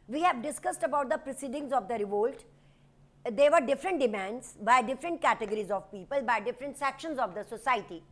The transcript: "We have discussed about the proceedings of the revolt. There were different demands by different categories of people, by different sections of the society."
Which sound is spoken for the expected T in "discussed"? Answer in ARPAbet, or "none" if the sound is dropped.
T